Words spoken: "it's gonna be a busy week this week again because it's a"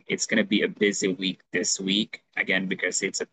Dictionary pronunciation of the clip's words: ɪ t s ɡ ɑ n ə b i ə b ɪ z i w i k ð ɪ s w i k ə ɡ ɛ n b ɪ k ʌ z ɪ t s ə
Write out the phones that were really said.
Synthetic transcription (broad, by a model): ɪ t s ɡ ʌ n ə b i ə b ɪ z i w i k ð ɪ s w i k ə ɡ ɛ n b ɪ k ʌ z ɪ t s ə